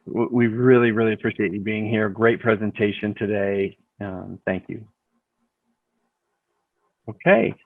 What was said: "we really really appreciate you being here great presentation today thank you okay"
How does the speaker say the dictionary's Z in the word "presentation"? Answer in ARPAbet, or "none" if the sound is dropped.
Z